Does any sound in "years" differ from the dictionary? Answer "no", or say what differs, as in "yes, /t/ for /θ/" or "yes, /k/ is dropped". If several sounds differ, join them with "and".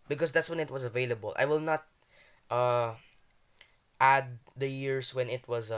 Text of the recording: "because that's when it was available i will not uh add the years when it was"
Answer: yes, /s/ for /z/